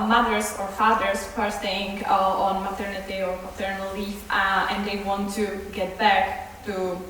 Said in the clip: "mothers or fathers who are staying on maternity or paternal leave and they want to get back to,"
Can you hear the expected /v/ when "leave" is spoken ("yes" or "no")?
no